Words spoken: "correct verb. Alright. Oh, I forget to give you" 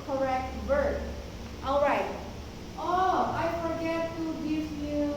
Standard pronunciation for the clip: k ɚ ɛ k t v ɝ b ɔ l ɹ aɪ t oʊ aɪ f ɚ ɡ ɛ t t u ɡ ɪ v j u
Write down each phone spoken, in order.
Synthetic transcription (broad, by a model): k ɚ ɛ k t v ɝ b ɔ l ɹ aɪ t oʊ aɪ f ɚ ɡ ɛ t t u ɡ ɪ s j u